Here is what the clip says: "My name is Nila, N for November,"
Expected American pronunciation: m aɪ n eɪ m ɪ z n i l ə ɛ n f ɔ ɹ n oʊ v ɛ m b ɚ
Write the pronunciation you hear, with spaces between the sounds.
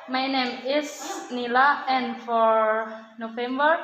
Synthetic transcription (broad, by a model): m aɪ n eɪ m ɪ s n i l ə ɛ n f ɔ ɹ n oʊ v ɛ m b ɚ